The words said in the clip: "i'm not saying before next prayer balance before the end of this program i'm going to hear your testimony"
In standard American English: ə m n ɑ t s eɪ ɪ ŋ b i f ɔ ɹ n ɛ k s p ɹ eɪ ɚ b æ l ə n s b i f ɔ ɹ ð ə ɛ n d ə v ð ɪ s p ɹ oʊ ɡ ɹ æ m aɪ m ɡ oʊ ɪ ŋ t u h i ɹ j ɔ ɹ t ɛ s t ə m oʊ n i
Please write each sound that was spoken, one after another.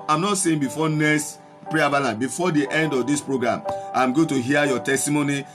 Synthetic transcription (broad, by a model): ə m n ɑ t s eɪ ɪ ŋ b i f ɔ n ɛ s p ɹ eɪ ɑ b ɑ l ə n b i f ɔ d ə ɛ n d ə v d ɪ s p ɹ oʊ ɡ ɹ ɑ m aɪ m ɡ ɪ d t u h i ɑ j ɔ t ɛ s t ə m oʊ n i